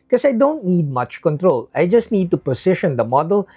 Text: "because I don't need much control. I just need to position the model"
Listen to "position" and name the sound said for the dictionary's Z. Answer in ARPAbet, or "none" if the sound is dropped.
S